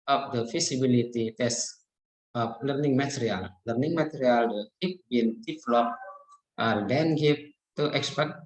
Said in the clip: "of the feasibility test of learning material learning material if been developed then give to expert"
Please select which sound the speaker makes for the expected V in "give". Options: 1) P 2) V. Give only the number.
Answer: 1